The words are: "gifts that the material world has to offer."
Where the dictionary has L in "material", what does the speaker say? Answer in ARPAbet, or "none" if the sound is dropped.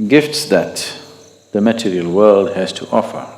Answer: L